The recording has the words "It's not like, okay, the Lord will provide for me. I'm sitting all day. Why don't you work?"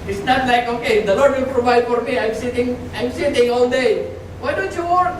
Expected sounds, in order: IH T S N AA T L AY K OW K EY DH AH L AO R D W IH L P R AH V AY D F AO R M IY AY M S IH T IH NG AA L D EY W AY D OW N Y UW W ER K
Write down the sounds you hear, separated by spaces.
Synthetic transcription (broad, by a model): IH T S N AA T L AY K OW K EY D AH L AO R D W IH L P R AH V AY D F AO R M IY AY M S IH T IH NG AA L D EY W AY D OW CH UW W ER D